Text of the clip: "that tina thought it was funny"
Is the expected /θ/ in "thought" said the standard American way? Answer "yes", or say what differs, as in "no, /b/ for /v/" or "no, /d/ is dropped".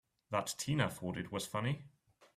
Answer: no, /f/ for /θ/